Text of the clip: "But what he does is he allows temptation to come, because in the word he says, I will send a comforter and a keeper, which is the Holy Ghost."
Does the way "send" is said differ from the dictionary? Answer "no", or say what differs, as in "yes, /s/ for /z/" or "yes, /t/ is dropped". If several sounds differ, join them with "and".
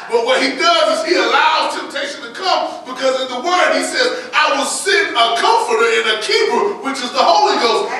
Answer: yes, /d/ is dropped